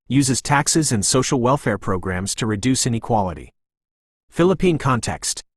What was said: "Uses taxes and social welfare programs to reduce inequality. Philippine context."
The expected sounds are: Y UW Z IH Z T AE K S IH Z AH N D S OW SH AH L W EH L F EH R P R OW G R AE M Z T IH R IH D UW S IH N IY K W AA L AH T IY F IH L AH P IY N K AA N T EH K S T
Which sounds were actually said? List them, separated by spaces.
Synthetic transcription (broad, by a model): Y UW Z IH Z T AE K S IH Z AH N S OW SH L W EH L F EH R P R OW G R AE M Z T IH R IH D UW S IH N IY K W AA L AH T IY F IH L AH P IY N K AA N T EH K S T